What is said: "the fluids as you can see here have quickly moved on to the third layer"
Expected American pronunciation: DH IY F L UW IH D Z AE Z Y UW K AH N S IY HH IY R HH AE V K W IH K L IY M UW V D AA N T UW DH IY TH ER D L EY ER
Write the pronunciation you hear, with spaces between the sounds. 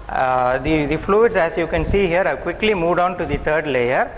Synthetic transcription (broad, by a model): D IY F L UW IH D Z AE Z Y UW K AH N S IY HH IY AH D K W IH K L IY M UW V D AA N T UW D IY T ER D L EY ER